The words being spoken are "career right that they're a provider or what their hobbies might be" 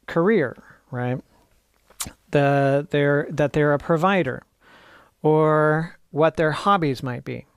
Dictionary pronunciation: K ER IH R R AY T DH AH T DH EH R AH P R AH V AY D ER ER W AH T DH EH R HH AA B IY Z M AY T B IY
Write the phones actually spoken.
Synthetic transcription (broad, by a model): K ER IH R R AY T DH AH T DH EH R AH P R AH V AY D ER ER W AH T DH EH R HH AA B IY Z M AY T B IY